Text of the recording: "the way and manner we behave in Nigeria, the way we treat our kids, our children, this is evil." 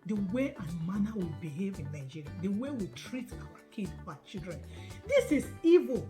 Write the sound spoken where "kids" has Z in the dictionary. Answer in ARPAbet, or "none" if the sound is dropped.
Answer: none